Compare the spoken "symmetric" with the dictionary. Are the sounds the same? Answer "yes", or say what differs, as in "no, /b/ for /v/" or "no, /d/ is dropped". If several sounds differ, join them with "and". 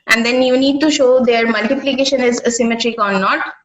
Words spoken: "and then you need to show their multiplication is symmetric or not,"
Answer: yes